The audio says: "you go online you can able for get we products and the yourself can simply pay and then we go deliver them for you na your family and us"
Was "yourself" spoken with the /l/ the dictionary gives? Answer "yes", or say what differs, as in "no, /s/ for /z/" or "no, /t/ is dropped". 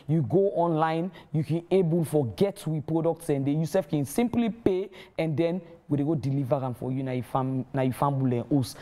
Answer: no, /l/ is dropped